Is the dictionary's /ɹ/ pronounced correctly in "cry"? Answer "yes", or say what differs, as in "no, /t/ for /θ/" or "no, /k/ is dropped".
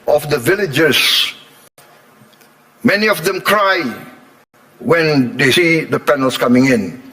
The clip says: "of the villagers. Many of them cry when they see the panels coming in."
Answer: yes